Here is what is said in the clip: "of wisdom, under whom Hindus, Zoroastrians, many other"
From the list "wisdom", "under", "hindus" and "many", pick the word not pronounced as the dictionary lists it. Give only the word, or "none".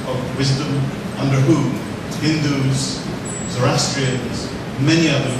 none